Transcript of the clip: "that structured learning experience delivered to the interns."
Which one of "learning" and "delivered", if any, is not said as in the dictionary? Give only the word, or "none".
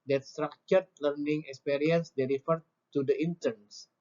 delivered